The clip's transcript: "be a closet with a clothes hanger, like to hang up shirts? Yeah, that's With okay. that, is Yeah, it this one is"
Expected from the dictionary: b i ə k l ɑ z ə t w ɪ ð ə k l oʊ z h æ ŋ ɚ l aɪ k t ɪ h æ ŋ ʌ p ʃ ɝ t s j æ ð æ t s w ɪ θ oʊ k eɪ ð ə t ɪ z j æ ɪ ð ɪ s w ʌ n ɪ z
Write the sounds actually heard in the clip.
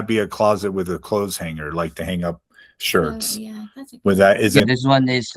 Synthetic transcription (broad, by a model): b i ə k l ɑ z ə t w ɪ ð ə k l oʊ z h æ ŋ ɚ l aɪ k t ɪ h æ ŋ ʌ p ʃ ɝ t t s w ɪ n ð ə t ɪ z ɪ ð ɪ s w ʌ n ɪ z